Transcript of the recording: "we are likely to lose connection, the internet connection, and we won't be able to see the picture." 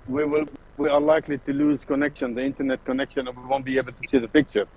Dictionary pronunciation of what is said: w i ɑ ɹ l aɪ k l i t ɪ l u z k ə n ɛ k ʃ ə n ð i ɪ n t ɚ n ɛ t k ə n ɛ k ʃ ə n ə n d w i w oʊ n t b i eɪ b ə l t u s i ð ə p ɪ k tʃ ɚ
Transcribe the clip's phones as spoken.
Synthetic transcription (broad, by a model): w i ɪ w l aɪ k l i t ɪ l u z k ə n ɛ k ʃ ə n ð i ɪ n t ɚ n ɛ t k ə n ɛ k ʃ ə n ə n w i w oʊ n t b i eɪ b ə l t u s i ð ə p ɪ k tʃ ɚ